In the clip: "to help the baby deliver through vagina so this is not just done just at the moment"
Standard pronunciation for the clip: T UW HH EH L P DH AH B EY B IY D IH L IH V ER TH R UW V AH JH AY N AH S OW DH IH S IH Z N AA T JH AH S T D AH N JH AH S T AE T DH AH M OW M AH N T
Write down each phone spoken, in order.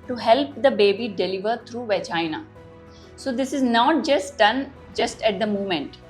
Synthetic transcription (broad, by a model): T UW HH EH L P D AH B EY B IY D IH L IH V ER T R UW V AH CH AY N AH S OW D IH S IH Z N AA T JH AH S T D AH N JH AH S T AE T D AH M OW M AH N T